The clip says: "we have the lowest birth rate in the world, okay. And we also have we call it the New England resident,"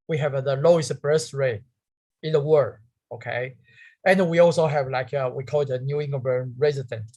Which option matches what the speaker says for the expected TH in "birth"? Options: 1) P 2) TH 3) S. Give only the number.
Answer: 3